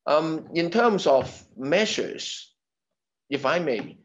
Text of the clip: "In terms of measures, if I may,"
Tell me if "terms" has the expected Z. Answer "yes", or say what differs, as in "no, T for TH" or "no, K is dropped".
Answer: yes